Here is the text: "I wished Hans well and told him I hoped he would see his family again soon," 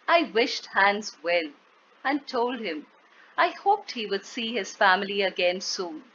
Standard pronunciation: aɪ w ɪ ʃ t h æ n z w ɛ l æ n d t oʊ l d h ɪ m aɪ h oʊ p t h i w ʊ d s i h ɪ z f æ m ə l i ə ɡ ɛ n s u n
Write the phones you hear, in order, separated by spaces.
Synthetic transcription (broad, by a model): aɪ w ɪ ʃ t h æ n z w ɛ l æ n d t oʊ l d h ɪ m aɪ h oʊ p t h i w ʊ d s i h ɪ z f æ m ə l i ə ɡ ɛ n s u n